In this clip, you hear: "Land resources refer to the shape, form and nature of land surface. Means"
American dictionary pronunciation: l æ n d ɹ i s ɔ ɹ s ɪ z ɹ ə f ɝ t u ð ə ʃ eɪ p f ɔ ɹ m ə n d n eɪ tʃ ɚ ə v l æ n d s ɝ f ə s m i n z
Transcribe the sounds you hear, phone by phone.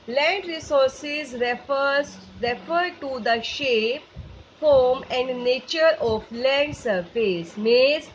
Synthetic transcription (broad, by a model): l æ n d ɹ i s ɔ ɹ s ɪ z ɹ ə f ɝ t u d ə ʃ eɪ p f ɔ ɹ m ə n d n eɪ tʃ ɚ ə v l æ n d s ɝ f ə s m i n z